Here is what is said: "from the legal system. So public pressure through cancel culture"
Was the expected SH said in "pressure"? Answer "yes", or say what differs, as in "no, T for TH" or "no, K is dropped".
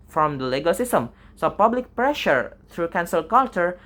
yes